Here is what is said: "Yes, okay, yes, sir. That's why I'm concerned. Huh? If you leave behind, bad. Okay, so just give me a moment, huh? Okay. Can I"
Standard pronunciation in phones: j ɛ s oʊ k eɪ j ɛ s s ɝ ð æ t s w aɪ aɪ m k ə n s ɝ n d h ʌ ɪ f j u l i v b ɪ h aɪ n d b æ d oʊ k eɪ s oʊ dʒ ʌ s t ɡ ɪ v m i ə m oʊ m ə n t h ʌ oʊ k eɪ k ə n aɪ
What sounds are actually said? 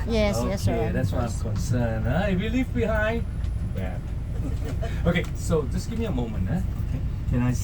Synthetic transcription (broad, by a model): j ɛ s oʊ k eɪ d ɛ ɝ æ t s w aɪ aɪ m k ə n s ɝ n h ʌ ɪ f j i l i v b ɪ h aɪ n d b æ oʊ k eɪ s oʊ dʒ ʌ s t ɡ ɪ v m i ə m oʊ m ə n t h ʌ oʊ k eɪ k ə n aɪ